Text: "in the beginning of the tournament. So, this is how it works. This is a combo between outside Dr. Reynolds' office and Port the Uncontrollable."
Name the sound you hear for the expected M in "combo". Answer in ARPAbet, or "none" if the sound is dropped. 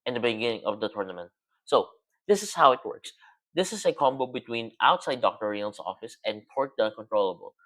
M